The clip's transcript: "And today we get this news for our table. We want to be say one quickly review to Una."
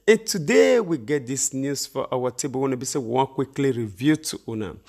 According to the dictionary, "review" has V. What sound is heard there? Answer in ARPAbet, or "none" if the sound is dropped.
V